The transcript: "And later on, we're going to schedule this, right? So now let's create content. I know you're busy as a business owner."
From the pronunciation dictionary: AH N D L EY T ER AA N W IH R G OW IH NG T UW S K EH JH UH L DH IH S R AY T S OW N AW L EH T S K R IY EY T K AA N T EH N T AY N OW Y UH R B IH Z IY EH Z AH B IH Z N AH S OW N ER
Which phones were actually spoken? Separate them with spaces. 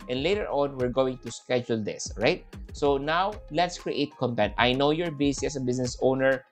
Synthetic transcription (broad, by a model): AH N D L EY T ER AA N W IH R G OW IH NG T UW S K EH JH UH L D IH S R AY T S OW N AW L EH T S K R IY EY T K AA N T EH N T AY N OW Y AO R B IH S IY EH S AH B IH S N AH S OW N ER